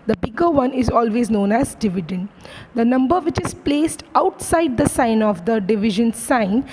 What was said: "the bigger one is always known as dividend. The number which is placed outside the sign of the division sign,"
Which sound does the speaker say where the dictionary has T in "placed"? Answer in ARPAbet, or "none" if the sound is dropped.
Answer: T